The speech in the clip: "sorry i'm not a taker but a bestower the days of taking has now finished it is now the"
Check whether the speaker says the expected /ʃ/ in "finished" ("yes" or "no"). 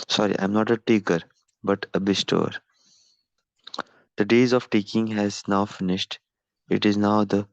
yes